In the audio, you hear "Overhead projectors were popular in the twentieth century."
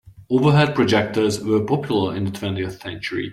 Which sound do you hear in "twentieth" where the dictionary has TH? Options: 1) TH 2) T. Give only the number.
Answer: 1